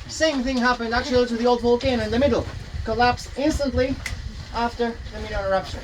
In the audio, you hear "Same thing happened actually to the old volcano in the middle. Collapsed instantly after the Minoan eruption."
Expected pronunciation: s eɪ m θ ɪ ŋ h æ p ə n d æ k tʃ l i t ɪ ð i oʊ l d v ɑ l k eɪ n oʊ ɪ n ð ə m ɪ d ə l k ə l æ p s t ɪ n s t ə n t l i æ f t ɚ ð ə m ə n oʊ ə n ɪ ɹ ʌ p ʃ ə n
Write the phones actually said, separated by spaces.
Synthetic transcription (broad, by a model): s eɪ m θ ɪ ŋ h æ p ə n d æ k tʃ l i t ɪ ð i oʊ l d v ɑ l k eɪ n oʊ ɪ n ð ə m ɪ d l k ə l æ p s ɪ n s t ə n t l i æ f t ɚ ð ə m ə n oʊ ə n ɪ ɹ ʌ p ʃ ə n